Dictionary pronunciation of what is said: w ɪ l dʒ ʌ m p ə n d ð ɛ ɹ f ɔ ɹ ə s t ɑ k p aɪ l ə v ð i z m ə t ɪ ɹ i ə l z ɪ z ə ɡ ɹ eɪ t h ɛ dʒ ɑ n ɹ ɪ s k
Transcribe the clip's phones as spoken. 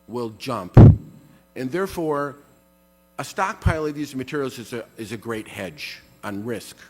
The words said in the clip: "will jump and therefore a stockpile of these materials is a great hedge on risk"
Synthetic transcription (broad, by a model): w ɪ l dʒ ʌ m p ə n ð ɛ ɹ f ɔ ɹ ə s t ɑ k p aɪ l ə v ð i z m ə t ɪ ɹ i l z ɪ z ə ɡ ɹ eɪ t h ɛ dʒ n ɹ ɪ s k